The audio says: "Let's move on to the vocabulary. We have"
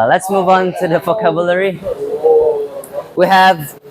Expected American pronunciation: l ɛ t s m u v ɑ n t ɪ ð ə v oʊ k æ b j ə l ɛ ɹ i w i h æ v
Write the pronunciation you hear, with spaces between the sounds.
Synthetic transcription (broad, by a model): l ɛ t s m u v n t ɪ ð ə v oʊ k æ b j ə l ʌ ɹ i w i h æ v